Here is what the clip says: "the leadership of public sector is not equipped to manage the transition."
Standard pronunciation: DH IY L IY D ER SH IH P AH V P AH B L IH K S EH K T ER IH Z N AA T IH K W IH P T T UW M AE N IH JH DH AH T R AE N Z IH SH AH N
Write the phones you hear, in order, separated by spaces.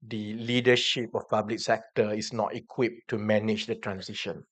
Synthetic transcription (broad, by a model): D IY L IY D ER SH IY P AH F P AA B L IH K S EH K T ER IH S N AA T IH K W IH P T T UW M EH N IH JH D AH T R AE N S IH SH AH N